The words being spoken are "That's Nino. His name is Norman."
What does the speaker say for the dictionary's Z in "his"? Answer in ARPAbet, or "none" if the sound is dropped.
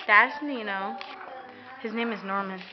Z